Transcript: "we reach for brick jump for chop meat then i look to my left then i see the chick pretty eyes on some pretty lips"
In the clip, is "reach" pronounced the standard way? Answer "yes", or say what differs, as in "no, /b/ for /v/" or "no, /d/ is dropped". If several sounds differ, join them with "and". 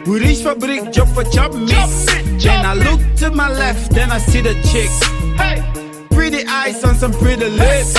no, /ʃ/ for /tʃ/